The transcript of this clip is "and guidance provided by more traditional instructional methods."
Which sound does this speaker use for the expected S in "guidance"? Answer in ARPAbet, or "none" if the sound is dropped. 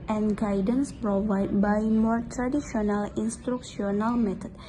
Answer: S